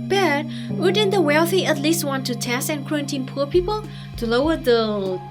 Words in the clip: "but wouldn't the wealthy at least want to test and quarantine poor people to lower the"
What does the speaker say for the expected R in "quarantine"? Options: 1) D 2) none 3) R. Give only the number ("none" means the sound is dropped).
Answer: 2